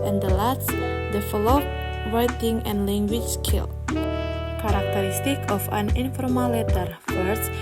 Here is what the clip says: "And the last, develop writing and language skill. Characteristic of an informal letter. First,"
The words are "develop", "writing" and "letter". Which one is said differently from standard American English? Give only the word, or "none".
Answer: develop